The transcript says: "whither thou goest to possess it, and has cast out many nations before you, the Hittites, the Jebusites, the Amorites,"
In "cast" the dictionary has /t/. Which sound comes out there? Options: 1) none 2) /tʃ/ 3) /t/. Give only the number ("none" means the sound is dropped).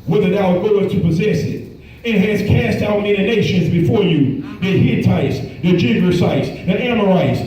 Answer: 3